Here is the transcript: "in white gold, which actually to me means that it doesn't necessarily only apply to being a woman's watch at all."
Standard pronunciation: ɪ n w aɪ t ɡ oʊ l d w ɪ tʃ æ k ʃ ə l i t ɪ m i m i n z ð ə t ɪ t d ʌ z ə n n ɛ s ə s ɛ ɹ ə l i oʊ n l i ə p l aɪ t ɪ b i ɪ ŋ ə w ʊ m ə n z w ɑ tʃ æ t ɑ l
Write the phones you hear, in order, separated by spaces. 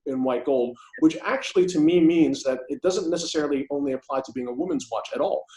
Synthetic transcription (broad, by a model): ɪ n w aɪ t ɡ oʊ l d w ɪ tʃ æ k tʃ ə l i t ɪ m i m i n z ð ə t ɪ t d ʌ z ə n n ɛ s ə s ɛ ɹ l i oʊ n l i ə p l aɪ t ɪ b i ɪ ŋ ə w ʊ m ə n z w ɑ tʃ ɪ t ɑ l